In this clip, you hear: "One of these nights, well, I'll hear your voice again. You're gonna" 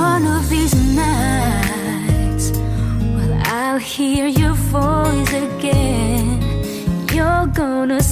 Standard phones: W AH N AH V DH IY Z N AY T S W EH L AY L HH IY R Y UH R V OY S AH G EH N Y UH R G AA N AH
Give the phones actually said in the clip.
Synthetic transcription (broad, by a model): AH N AH V DH IY Z N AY T S W EH L AY L HH IY R Y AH R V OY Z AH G EH N Y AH R G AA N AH